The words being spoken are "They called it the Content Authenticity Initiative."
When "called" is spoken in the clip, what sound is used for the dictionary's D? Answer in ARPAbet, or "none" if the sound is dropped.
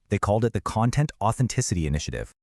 D